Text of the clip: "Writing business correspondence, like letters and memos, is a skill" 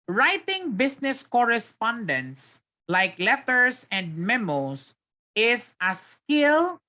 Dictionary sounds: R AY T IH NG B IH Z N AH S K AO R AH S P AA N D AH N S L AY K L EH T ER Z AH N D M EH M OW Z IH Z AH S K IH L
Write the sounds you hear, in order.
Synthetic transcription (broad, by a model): R AY T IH NG B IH S N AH S K AO R AH S P AA N D AH N S L AY K L EH T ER S AH N D M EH M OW S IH S AH S K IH L